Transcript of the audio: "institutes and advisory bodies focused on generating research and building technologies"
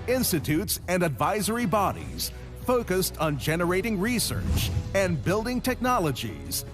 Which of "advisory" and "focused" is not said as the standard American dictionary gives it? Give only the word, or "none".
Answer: none